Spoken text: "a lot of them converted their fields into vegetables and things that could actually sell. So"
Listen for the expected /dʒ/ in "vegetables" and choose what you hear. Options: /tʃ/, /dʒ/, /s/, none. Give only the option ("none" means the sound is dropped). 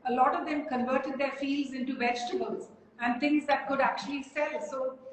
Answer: /dʒ/